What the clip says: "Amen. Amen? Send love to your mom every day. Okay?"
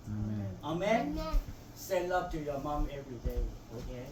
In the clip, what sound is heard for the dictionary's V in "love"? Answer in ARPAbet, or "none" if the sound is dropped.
P